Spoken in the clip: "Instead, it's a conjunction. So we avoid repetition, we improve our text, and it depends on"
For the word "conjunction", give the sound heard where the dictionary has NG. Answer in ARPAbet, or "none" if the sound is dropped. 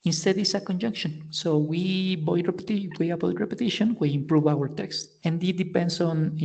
NG